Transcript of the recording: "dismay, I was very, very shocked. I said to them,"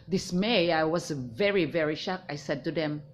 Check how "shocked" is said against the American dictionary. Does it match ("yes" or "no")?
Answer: no